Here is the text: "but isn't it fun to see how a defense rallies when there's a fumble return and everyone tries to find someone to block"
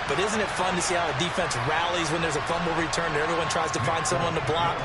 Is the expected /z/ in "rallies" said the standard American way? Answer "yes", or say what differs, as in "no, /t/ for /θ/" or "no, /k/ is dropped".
yes